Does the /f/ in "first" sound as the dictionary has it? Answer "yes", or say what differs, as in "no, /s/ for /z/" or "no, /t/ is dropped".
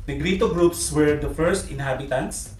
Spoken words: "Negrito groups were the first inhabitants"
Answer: yes